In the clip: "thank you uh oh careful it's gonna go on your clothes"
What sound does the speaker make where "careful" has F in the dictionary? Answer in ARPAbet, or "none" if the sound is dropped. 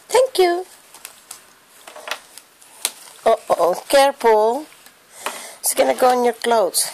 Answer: P